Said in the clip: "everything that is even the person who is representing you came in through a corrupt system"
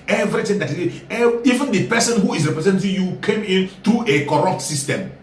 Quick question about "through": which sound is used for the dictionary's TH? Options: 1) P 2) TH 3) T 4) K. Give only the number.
3